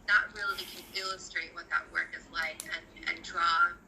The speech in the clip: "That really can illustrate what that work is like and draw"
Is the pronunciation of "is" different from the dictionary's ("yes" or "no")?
no